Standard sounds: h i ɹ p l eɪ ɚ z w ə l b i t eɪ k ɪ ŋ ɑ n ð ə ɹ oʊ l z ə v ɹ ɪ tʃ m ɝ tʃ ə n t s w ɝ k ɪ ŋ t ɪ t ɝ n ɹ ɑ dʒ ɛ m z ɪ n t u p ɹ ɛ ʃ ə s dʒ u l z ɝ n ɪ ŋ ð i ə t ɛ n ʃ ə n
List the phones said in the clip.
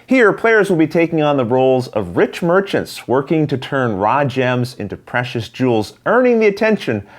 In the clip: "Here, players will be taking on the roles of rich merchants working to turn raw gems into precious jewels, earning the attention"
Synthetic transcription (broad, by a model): h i ɹ p l eɪ ɚ z w ə l b i t eɪ k ɪ ŋ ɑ n ð ə ɹ oʊ l z ə v ɹ ɪ tʃ m ɝ tʃ ə n t s w ɝ k ɪ ŋ t ɪ t ɝ n ɹ ɑ dʒ ɛ m z ɪ n t u p ɹ ɛ ʃ ə s dʒ u l z ɝ n ɪ ŋ ð i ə t ɛ n ʃ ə n